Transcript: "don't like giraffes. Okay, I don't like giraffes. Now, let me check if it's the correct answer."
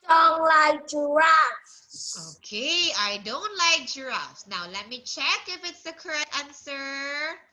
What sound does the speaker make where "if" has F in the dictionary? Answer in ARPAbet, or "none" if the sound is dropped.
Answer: F